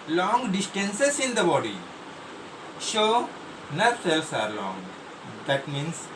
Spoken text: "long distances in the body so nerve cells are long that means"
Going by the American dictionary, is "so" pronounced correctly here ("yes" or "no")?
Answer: no